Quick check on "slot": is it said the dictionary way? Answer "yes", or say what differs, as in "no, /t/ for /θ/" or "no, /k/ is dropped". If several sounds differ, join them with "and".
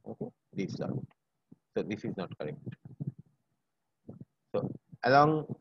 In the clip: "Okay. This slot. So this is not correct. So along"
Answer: no, /l/ is dropped